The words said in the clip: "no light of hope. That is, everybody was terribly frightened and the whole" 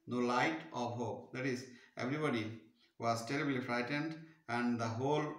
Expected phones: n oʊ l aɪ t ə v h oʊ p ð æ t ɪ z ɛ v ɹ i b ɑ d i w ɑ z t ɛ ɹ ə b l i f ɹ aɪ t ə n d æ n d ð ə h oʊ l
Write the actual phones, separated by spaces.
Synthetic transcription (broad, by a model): n oʊ l aɪ t ə v h oʊ p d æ t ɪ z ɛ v ɹ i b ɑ d i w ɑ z t ɛ ɹ ə b l i f ɹ aɪ t ə n d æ n d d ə h oʊ l